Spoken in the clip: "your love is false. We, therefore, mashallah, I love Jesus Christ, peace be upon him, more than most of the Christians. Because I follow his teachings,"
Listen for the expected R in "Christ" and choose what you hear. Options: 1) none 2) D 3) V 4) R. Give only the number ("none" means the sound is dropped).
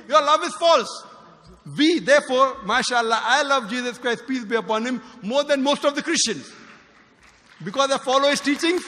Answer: 4